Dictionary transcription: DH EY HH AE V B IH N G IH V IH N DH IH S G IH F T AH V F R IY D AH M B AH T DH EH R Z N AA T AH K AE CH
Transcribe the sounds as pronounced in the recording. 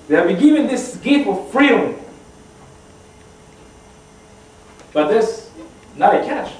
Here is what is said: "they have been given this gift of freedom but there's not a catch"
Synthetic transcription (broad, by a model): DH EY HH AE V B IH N G IH V IH N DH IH S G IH T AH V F R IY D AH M B AH T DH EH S N AA T AH K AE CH